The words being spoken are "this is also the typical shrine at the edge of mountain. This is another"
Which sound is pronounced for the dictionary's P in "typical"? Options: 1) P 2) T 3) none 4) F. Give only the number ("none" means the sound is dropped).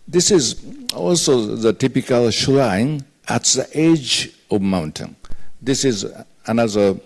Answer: 1